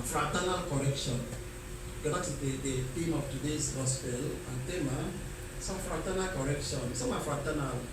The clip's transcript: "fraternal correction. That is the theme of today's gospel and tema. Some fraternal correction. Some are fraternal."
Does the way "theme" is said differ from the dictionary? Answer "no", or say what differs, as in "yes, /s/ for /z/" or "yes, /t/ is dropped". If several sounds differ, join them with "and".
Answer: yes, /t/ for /θ/